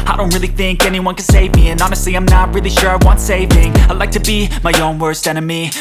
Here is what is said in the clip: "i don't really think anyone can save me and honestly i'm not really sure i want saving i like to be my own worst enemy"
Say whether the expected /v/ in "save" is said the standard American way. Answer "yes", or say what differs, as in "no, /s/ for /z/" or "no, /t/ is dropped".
yes